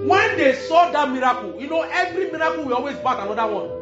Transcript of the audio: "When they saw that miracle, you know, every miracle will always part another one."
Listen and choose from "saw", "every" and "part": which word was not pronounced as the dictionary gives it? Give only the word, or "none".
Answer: part